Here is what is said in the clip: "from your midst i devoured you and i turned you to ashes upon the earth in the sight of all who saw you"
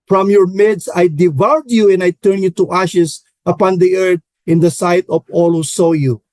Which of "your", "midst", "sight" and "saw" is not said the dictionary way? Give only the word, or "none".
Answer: midst